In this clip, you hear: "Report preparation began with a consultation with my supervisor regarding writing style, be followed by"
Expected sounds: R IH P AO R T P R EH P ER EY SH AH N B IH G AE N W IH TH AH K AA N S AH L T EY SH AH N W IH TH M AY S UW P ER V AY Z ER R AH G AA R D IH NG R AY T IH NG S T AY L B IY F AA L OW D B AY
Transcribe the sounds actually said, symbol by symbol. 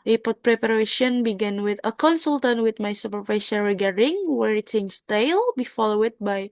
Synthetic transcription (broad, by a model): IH P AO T P R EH P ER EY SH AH N B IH G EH N W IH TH AH K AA N S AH L T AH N W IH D M AY S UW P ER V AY S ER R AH G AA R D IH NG W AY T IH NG S T AY L B IY F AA L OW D B AY